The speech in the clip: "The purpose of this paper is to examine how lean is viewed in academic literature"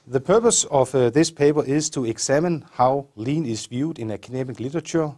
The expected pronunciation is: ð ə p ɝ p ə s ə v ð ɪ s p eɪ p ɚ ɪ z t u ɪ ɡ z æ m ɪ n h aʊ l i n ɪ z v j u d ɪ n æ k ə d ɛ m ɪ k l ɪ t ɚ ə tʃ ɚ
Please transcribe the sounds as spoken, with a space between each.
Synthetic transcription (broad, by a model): ð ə p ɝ p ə s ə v ð ɪ s p eɪ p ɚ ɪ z t u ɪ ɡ s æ m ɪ n h aʊ l i n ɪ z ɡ j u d ɪ n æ k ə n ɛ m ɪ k l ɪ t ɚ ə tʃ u